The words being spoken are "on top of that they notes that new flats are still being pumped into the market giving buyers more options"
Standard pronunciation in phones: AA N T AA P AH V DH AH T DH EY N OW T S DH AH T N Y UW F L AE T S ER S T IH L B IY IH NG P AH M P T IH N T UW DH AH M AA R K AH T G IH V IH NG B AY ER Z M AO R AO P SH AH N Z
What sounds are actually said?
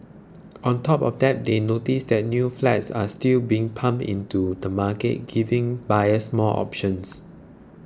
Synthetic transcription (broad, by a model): AA N T AA P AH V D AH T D EY N OW T S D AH T N Y UW F L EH T S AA S T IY L B IY IH NG P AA M T IH N T UW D AH M AA K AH T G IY V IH NG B AY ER S M AO L AO P SH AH N S